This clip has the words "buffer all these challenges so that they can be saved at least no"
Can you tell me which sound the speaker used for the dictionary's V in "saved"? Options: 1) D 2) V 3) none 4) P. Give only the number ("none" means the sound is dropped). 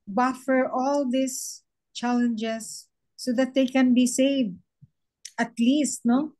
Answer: 2